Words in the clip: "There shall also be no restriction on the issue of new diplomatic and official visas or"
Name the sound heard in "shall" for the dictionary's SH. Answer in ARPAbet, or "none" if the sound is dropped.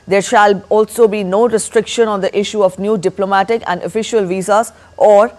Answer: SH